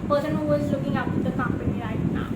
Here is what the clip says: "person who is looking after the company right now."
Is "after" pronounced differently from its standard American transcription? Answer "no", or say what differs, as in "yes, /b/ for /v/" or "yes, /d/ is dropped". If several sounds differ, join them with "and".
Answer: yes, /p/ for /f/